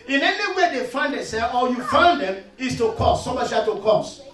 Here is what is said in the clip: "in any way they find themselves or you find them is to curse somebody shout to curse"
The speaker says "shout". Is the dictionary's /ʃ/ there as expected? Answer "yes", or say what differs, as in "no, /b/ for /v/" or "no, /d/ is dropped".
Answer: no, /s/ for /ʃ/